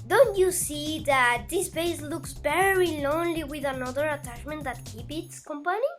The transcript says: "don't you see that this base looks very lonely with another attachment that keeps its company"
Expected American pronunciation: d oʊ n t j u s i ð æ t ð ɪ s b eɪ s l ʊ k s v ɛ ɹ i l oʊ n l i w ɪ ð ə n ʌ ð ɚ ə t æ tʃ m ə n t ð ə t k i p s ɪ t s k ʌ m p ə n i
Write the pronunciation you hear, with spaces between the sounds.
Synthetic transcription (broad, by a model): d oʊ n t j u s i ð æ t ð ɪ s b eɪ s l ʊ k s v ɛ ɹ i l oʊ n l i w ɪ ð ə n ʌ ð ɚ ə t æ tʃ m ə n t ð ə t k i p ɪ t s k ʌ m p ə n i